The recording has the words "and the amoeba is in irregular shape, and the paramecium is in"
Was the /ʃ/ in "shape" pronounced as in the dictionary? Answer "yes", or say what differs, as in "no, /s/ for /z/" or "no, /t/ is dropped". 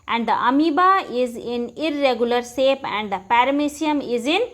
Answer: no, /s/ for /ʃ/